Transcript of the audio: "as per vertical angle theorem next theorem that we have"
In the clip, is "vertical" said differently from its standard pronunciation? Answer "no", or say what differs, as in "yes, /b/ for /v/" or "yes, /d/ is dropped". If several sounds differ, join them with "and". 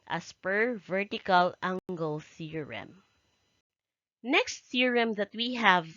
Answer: no